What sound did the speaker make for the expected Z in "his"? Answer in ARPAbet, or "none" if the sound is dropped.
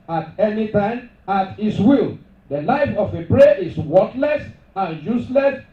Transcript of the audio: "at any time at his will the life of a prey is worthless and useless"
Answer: S